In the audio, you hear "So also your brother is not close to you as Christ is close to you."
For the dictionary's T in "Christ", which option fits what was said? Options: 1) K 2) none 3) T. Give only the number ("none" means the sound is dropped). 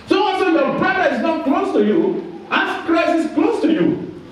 2